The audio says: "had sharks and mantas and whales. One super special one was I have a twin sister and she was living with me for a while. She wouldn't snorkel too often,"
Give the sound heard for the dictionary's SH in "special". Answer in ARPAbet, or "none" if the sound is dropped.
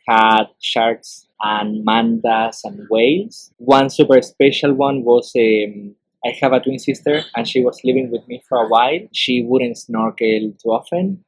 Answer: SH